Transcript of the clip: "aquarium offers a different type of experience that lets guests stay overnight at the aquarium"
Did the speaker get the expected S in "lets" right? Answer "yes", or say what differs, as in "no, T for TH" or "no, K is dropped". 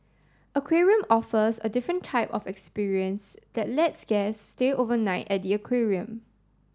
yes